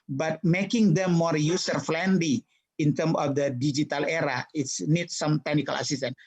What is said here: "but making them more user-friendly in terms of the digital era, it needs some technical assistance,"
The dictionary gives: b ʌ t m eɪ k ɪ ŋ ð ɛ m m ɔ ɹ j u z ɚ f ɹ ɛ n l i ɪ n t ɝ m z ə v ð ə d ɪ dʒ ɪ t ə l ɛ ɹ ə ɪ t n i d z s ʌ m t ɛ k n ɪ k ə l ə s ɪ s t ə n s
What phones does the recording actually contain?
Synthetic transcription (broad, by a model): b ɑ t m eɪ k ɪ ŋ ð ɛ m m ɔ ɹ j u s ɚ f l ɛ n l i ɪ n t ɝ m ə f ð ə d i dʒ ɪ t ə l ɛ ɹ ə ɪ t n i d s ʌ m t ɛ k n ɪ k ə l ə s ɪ s t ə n